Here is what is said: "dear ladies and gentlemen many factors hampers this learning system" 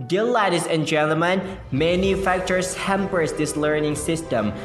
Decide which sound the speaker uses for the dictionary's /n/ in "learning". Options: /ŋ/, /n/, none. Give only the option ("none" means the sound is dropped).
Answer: /n/